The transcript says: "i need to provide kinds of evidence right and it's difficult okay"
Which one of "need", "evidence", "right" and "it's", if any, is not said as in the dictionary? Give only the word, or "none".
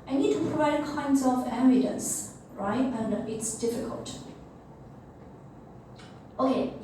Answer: evidence